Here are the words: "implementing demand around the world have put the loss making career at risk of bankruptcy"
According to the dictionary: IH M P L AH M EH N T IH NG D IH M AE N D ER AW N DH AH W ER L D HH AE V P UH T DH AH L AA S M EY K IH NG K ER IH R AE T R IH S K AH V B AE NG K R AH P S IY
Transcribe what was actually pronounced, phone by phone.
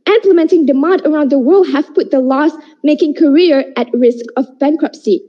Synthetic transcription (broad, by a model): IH M P L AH M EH N T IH NG D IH M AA N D ER AW N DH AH W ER L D HH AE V P UH T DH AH L AA S M EY K IH NG K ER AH R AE T R IH S K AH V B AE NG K R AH P S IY